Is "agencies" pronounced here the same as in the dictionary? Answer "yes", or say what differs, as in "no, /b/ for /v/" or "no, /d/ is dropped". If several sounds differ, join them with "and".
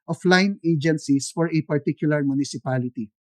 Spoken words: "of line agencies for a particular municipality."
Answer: no, /s/ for /z/